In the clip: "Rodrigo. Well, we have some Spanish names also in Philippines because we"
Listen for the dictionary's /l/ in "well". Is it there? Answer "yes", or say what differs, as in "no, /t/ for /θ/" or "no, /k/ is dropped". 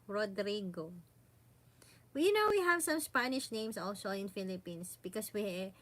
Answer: no, /n/ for /l/